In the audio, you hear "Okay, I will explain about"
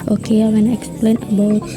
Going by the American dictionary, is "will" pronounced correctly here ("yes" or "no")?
no